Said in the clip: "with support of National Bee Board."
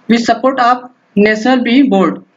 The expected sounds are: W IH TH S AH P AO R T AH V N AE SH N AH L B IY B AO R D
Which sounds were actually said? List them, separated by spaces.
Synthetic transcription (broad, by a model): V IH S AH P AO R T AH P N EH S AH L B IY B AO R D